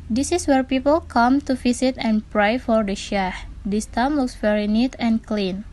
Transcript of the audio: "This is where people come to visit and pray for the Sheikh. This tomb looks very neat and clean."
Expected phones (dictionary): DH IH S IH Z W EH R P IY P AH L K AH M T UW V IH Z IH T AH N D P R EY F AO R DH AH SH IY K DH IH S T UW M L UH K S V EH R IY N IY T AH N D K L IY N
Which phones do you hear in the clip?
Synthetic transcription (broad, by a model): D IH S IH S W EH R P IY P AH L K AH M T UW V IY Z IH T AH N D P R EY F AO R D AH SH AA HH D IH S T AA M W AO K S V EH R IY N IY T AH N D K L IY N